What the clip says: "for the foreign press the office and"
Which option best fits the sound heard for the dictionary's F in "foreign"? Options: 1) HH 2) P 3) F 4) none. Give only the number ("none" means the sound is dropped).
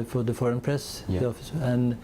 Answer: 3